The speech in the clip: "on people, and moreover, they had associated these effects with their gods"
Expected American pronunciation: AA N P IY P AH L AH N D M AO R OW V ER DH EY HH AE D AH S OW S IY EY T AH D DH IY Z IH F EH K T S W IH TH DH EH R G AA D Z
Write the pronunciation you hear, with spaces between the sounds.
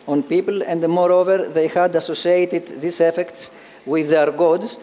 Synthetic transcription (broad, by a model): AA N P IY P AH L AH N D M AO R OW V ER DH EY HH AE D AH S OW S IY EY T AH D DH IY S IH F EH K T S W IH DH EH R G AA D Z